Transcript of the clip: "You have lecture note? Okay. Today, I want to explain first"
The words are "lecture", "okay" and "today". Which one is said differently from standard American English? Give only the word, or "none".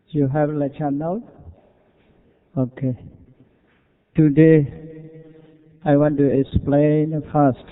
lecture